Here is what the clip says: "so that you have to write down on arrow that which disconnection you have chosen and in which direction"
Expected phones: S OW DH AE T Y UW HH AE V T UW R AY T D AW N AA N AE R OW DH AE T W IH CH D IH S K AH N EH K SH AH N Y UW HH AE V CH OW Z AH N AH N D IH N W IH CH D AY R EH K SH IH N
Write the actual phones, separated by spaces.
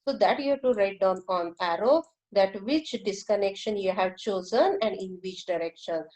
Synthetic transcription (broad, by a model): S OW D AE T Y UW T UW R AY T D AW N AA N AE R OW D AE T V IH CH D IH S K AH N EH K SH AH N Y UW HH AE V CH OW Z AH N AH N D IH N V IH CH D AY R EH K SH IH N